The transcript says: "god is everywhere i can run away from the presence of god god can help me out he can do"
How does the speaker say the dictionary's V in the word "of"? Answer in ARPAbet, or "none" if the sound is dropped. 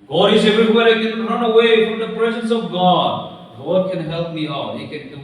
V